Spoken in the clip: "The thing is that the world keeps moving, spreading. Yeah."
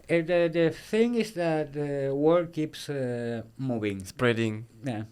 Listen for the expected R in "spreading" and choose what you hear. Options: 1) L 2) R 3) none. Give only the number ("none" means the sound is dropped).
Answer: 2